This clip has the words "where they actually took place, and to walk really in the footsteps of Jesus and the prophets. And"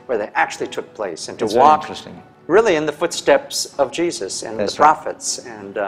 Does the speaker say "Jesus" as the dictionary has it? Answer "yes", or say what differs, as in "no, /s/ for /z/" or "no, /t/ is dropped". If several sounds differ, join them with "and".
yes